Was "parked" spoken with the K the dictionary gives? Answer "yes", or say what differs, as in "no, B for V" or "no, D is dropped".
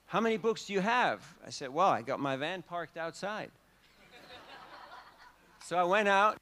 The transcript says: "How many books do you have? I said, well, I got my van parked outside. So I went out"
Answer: yes